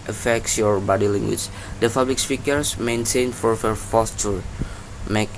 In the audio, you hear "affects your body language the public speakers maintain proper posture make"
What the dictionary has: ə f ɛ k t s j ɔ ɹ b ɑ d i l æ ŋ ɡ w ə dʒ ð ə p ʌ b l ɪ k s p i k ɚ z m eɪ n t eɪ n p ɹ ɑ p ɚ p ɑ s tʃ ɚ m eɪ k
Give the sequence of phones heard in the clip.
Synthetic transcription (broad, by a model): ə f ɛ k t s j ɔ ɹ b ɑ d i l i ŋ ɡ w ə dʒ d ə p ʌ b l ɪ k s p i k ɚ s m eɪ n t eɪ n f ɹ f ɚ f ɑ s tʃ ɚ m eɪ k